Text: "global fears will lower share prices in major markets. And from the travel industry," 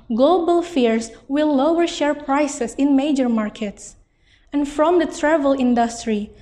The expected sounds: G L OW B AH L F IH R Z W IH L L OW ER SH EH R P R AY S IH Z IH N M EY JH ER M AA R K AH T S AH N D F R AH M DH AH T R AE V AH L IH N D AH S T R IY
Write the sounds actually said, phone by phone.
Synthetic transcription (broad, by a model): G L OW B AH L F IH R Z W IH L L OW ER SH EH R P R AY S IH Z IH N M EY JH ER M AA R K AH T S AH N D F R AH M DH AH T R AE V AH L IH N D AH S T R IY